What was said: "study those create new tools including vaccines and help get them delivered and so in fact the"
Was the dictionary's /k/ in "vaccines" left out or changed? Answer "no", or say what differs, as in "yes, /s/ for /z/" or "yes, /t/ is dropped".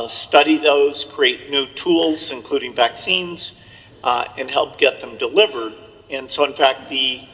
no